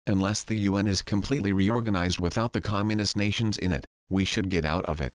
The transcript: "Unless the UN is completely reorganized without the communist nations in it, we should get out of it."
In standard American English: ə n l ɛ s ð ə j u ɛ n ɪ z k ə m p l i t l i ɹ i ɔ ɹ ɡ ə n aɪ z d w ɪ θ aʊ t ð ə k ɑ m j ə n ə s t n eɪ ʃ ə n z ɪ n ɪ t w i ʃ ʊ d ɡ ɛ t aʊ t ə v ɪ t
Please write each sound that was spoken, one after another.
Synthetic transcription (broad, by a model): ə n l ɛ s ð ə j u ɛ n ɪ z k ə m p l i t l i ɹ i ɔ ɹ ɡ ə n aɪ z d w ɪ θ aʊ t ð ə k ɑ m j ə n ə s t n eɪ ʃ ə n z ɪ n ɪ t w i ʃ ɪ d ɡ ɛ t aʊ t ə v ɪ t